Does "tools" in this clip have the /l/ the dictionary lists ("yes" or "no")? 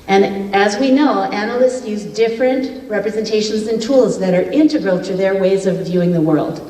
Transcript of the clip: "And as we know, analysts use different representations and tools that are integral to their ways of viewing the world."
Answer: yes